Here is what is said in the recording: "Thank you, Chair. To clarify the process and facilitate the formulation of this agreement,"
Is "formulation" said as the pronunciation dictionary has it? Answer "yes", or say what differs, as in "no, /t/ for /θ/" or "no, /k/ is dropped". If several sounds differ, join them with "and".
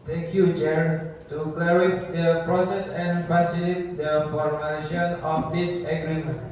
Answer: no, /ʃ/ is dropped